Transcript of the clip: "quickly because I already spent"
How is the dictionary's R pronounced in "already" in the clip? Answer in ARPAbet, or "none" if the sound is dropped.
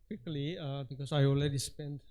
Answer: L